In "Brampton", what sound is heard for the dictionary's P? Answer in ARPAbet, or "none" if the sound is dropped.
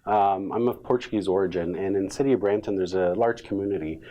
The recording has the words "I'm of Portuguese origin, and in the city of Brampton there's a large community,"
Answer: none